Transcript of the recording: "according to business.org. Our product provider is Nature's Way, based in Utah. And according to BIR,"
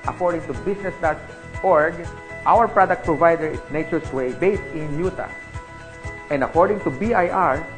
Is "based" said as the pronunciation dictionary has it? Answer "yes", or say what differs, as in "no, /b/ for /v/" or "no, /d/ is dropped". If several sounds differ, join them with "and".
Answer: yes